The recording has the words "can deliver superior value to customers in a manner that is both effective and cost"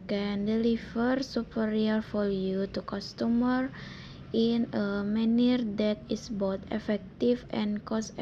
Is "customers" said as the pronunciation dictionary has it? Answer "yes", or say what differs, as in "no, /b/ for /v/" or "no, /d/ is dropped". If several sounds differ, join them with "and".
no, /z/ is dropped